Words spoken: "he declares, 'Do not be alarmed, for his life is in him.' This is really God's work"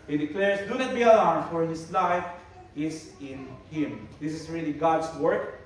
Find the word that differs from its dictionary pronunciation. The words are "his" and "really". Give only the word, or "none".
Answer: his